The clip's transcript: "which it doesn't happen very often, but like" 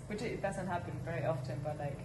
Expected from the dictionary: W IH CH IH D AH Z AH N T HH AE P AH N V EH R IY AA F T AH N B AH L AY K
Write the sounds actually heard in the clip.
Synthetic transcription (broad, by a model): W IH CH IH D AH Z AH N T HH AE B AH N V EH R IY AA F T AH N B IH L AY K